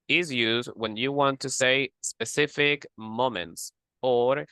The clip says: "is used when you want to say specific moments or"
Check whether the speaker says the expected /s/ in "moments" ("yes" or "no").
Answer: yes